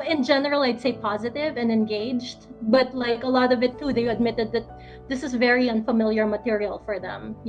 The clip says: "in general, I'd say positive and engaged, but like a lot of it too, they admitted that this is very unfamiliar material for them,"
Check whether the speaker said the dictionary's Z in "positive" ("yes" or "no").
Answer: yes